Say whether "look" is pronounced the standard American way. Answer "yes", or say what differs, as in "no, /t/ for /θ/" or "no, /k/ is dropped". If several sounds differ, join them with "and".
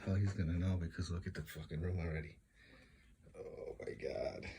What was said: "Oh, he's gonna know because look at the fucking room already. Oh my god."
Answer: no, /w/ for /l/